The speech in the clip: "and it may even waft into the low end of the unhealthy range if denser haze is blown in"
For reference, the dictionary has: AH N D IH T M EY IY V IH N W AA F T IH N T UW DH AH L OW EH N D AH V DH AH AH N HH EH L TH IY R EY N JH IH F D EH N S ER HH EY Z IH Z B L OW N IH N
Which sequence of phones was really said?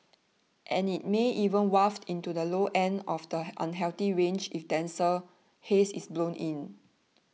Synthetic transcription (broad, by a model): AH N IH T M EY IY V IH N W AA F T IH N T UW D AH L OW EH N D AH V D AH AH N HH EH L T IY R EY N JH IH F D EH N S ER HH EY S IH S B L OW N IH N